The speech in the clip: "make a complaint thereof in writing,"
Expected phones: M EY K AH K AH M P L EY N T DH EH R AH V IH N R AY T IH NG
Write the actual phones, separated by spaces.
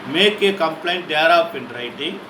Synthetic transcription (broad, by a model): M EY K AH K AH M P L EY N T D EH R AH P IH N R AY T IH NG